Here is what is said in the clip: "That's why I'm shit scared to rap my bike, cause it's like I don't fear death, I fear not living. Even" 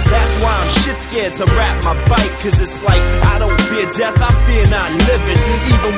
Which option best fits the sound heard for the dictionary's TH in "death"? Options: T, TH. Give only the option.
TH